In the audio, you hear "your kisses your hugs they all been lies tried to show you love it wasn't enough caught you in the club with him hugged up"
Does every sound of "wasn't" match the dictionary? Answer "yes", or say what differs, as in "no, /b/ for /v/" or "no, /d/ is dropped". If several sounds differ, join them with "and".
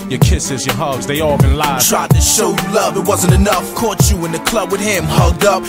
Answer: yes